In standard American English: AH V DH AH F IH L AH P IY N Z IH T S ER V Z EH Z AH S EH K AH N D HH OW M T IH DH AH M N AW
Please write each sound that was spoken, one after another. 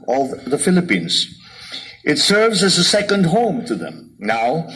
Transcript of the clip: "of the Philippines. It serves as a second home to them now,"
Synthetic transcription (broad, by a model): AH V DH AH F IH L AH P IY N Z IH T S ER V Z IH Z AH S EH K AH N D HH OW M T IH DH AH M N AW